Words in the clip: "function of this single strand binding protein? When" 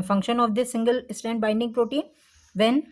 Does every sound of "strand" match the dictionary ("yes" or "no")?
no